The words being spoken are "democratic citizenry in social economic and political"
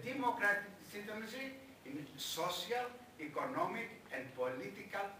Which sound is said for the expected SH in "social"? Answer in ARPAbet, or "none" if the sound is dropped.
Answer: S